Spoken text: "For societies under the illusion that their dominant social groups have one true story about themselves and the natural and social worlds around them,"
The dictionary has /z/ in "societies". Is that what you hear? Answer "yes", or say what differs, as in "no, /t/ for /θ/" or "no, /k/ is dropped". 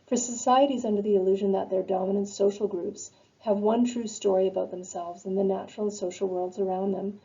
yes